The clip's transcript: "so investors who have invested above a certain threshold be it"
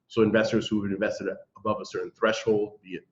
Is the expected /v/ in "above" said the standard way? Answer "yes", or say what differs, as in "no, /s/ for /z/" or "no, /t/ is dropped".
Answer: yes